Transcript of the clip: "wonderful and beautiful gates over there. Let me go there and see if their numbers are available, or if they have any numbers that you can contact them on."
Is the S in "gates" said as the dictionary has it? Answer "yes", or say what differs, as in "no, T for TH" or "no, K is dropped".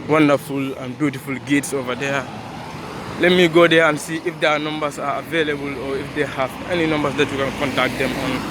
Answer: yes